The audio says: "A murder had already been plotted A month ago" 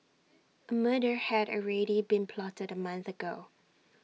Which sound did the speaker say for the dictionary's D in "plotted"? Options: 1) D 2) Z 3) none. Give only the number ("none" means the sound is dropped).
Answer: 1